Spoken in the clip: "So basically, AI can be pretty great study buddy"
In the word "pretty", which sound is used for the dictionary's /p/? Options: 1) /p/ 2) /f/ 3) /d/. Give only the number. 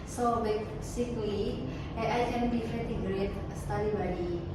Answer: 2